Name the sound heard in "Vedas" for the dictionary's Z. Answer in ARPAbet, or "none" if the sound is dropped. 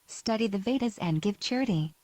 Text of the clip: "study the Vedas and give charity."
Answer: Z